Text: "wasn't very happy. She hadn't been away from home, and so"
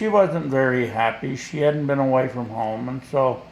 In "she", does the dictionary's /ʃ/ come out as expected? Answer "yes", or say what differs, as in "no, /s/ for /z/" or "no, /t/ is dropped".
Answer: yes